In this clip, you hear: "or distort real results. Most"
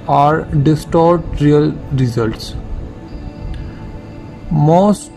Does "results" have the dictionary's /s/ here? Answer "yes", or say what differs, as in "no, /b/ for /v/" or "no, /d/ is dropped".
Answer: yes